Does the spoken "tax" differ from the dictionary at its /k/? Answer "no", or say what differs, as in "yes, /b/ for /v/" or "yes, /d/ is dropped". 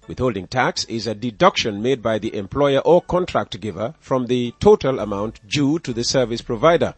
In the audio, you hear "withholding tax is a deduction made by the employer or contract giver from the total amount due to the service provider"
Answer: no